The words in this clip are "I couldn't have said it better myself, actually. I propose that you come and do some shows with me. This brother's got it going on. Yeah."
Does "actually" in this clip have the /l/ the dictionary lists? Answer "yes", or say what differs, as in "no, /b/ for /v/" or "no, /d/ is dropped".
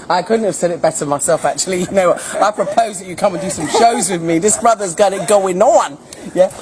no, /n/ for /l/